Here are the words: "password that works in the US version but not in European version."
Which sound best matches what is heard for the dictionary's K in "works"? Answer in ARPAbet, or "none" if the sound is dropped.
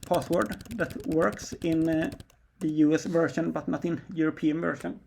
K